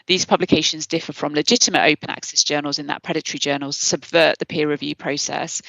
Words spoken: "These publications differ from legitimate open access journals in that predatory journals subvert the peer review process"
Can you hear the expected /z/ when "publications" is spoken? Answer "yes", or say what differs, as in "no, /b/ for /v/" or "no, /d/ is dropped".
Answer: yes